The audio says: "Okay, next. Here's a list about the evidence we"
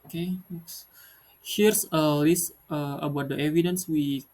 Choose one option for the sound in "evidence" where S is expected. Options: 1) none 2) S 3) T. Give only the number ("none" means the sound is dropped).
2